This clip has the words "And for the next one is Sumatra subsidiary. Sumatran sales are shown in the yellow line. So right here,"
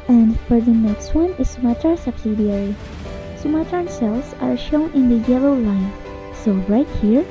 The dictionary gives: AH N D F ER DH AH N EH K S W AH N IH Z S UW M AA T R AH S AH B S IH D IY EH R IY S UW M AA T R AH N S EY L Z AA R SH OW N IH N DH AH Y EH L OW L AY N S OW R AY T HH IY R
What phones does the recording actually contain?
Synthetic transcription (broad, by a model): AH N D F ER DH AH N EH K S W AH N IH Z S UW M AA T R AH S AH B S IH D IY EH R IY S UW M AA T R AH N S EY L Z AA R SH OW N IH N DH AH Y EH L OW L AY N S OW R AY T HH IY R